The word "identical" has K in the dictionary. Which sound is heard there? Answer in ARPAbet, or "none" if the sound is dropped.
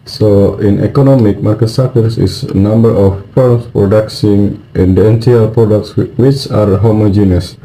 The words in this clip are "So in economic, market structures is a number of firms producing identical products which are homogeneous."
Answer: none